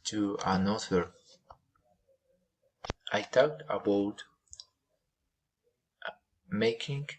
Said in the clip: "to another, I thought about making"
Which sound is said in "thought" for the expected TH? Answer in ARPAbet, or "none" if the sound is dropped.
T